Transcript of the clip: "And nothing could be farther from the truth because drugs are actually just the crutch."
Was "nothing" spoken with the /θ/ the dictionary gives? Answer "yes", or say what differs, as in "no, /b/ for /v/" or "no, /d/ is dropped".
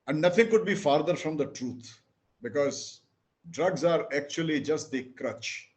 no, /t/ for /θ/